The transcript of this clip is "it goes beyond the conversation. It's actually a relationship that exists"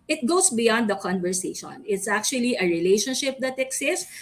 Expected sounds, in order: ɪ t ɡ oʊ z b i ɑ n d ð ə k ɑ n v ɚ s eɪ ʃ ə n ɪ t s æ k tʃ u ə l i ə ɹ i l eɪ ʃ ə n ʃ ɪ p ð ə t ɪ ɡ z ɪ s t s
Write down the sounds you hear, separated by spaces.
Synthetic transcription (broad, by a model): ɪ t ɡ oʊ s b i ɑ n d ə k ɑ n v ɚ s eɪ ʃ ə n ɪ t s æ k tʃ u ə l i ə ɹ i l eɪ ʃ ə n ʃ ɪ p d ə t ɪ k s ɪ s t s